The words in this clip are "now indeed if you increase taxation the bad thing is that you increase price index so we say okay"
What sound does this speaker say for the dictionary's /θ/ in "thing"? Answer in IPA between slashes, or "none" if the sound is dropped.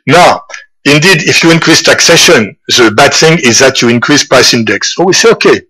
/θ/